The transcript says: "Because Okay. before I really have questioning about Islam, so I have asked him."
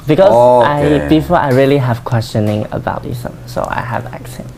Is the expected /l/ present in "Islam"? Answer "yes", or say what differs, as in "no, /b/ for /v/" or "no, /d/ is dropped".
no, /l/ is dropped